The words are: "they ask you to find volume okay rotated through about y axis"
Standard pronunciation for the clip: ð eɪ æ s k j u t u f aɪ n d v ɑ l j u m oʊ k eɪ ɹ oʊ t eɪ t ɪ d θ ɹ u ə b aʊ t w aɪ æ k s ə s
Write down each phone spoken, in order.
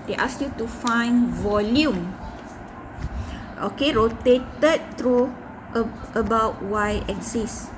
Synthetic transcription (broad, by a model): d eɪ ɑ s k j u t u f aɪ n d v ɑ l j u m oʊ k eɪ ɹ oʊ t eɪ t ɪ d t ɹ u ə b aʊ t w aɪ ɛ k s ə s